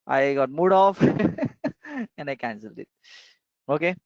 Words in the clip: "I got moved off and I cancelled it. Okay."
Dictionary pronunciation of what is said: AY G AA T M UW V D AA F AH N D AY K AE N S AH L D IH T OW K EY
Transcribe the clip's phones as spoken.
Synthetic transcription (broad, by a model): AY G AA T M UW D AA F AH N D AY K AE N S AH L D IH T OW K EY